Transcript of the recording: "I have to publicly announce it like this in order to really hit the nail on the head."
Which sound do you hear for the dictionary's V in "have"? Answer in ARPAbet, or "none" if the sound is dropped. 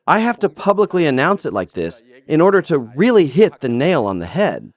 F